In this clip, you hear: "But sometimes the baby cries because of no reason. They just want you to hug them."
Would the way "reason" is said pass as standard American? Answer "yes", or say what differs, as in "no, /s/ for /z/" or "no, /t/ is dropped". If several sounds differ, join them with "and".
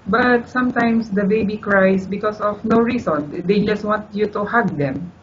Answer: no, /s/ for /z/